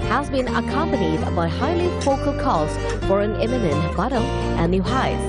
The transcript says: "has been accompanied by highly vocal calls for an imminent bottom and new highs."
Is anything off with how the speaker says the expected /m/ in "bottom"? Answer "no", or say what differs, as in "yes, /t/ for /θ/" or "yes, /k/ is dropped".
yes, /m/ is dropped